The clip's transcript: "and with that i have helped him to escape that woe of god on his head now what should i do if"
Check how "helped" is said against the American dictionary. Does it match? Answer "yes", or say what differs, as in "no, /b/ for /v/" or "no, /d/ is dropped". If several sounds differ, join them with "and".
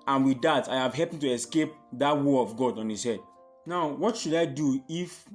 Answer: no, /l/ is dropped